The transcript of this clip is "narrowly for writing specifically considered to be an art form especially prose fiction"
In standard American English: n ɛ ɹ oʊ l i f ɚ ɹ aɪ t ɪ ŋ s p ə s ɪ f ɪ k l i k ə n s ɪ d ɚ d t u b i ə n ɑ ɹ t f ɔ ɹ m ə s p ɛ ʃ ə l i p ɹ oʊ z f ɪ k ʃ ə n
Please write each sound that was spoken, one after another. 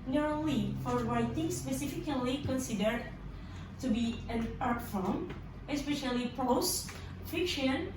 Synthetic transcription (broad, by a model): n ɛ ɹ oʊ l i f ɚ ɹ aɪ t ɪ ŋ s p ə s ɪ f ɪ k l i k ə n s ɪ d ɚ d t u b i ə n ɑ ɹ t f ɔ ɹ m ə s p ɛ ʃ ə l i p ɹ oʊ s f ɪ k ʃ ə n